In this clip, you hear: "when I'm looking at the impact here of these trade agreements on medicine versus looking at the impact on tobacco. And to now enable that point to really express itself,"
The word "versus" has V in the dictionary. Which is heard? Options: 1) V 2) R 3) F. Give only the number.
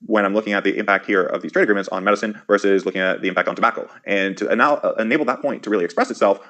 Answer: 1